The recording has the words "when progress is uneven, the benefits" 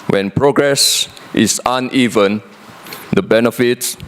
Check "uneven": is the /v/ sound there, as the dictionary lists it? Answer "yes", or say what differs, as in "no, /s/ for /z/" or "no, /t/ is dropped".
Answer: yes